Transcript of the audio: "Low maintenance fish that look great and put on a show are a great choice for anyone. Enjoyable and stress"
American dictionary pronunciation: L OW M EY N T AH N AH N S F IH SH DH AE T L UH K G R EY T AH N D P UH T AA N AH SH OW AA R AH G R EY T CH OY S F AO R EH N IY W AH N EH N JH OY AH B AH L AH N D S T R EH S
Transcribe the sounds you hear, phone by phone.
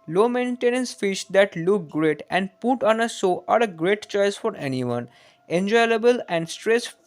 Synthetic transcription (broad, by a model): L OW M EY N T AH N AH N S F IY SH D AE T L UH K G R EY T AH N D P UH T AA N AH S OW AA R AH G R EY T CH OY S F AO R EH N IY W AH N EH N JH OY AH B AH L AH N D S T R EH S